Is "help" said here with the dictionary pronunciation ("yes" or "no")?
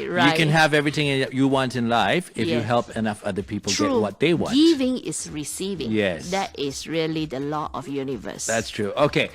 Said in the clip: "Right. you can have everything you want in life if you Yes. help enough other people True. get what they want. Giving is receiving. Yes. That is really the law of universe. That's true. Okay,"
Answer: yes